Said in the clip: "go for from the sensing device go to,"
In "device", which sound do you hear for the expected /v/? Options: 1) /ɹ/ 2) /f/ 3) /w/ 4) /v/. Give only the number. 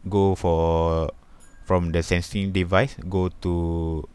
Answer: 4